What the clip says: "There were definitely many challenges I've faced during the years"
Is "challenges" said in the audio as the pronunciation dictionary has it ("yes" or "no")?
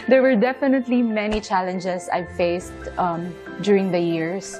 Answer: no